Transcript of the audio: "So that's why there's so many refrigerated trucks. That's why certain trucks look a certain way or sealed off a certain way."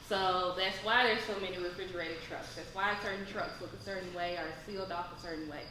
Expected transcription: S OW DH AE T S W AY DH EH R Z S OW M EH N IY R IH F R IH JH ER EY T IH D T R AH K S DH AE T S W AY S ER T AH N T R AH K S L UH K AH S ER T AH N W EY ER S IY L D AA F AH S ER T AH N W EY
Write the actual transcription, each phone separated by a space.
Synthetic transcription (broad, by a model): S OW DH AE T S W AY DH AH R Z S OW M EH N IY R IH F R IH JH ER EY T IH D T R AH K S DH AE T S W AY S ER T N T R AH K S L UH K AH S ER T N W EY ER S IY L D AA F AH S ER T N W EY